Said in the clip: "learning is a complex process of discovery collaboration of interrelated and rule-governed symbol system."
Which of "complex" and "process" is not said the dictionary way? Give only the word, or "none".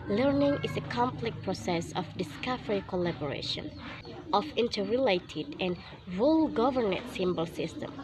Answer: complex